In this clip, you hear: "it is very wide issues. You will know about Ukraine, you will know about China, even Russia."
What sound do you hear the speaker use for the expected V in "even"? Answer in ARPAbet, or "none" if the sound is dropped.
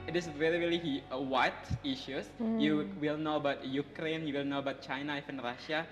F